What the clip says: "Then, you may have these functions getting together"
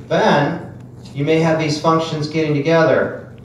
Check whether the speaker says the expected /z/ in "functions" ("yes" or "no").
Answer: yes